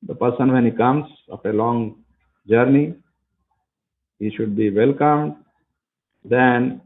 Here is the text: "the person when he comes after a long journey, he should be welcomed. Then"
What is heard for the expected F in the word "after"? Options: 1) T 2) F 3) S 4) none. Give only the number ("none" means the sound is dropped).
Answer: 4